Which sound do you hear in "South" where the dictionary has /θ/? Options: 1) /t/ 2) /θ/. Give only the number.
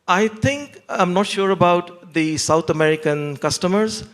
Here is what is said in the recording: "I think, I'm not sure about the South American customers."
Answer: 1